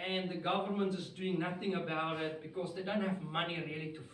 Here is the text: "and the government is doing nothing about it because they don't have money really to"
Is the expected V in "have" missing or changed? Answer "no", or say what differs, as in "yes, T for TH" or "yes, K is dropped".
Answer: no